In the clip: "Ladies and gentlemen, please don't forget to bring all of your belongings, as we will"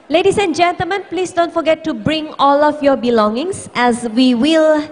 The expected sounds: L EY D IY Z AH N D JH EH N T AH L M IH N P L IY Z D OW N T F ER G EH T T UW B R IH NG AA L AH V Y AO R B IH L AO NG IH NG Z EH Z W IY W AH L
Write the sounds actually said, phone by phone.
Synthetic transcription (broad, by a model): L EY D IY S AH N JH EH N T AH L M IH N P L IY S D OW N T F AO G EH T T UW B R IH NG AA L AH F Y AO B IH L AO NG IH NG S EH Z W IY W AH L